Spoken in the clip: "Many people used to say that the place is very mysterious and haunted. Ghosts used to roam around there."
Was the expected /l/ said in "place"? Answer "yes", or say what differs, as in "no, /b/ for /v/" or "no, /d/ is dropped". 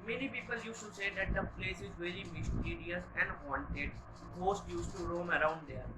yes